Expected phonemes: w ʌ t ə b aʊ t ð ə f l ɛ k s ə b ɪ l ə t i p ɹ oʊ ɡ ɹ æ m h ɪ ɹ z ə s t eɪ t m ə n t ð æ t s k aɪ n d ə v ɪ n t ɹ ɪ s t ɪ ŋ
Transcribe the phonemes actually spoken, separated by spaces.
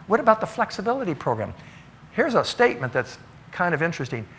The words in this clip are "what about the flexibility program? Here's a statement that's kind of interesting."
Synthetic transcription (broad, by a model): w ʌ t ə b aʊ t ð ə f l ɛ k s ə b ɪ l ə t i p ɹ oʊ ɡ ɹ æ m h ɪ ɹ z ə s t eɪ t m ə n ð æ t s k aɪ n d ə v ɪ n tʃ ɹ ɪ s t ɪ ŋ